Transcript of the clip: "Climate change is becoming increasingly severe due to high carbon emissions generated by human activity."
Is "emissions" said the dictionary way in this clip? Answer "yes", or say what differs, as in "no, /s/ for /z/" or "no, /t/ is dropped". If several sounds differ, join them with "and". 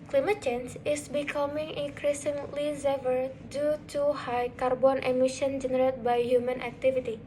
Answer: no, /z/ is dropped